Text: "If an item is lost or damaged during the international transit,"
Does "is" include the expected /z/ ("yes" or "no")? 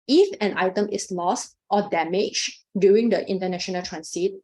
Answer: no